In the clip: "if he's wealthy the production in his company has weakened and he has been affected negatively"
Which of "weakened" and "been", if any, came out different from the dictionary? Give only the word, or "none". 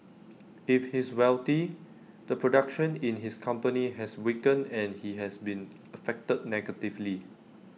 weakened